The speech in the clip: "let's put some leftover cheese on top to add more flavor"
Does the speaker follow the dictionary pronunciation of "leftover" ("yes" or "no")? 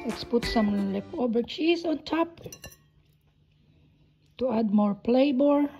no